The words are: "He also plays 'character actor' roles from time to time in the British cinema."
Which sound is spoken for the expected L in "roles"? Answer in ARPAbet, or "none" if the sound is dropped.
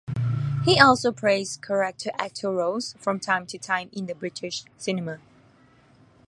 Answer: none